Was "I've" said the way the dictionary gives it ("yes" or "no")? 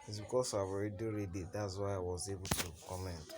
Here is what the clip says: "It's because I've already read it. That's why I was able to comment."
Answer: no